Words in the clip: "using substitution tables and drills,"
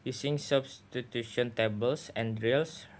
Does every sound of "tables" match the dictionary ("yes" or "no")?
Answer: no